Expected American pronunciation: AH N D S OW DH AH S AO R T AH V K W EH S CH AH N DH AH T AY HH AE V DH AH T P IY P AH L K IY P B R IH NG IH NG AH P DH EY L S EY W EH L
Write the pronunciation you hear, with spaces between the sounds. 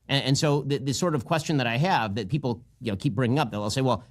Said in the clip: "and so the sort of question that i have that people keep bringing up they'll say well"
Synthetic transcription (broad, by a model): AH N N S OW DH AH S AO R T AH V K W EH S CH AH N DH AH T AY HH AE V DH AH T P IY P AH N K IY P B R IH NG IH NG AH P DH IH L S EY W EH L